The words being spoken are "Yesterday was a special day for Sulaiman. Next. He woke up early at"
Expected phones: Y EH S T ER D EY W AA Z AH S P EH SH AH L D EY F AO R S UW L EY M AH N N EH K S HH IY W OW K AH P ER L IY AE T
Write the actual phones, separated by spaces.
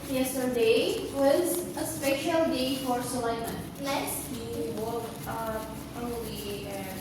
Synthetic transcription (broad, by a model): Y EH S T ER D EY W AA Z AH S P EH SH AH L D EY F AO R S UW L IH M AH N L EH S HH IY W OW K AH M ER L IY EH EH